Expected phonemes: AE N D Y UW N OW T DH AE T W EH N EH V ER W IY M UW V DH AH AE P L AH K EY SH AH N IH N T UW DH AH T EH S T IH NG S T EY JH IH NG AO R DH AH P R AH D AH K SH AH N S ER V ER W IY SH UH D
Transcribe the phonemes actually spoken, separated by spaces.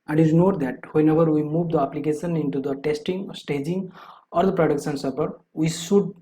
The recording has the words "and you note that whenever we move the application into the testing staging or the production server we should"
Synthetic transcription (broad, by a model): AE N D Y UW N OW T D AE T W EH N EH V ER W IY M UW V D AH AE P L AH K EY SH AH N IH N T UW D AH T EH S T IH NG S T EY JH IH NG AO R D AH P R AH D AH K SH AH N S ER P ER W IY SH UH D